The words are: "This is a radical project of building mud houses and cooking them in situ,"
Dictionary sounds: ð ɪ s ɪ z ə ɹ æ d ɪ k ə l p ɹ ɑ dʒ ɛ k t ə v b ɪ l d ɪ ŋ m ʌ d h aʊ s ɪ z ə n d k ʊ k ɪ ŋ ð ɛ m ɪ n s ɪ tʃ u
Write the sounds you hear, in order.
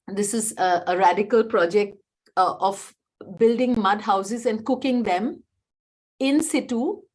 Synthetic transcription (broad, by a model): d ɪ s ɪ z ə ɹ æ d ɪ k ə l p ɹ ɑ dʒ ɛ k t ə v b ɪ l d ɪ ŋ m ʌ d h aʊ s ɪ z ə n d k ʊ k ɪ ŋ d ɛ m ɪ n s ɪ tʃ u